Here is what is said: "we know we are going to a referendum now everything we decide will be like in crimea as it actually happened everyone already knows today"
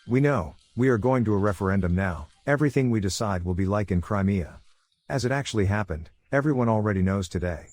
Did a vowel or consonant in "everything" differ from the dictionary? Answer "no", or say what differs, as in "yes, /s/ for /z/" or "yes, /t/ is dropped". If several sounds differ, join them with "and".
no